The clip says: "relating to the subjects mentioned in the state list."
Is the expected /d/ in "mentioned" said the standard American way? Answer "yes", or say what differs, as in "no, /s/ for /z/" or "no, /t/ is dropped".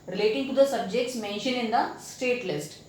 no, /d/ is dropped